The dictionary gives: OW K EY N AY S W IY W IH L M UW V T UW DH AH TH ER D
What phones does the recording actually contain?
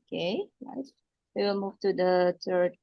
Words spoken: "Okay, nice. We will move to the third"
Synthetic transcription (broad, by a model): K EY L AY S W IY W IH L M UW V T UW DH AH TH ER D